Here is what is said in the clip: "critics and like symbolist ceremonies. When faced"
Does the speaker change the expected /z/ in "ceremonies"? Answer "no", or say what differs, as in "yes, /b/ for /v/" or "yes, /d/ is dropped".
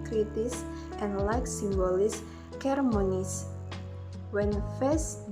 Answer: yes, /s/ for /z/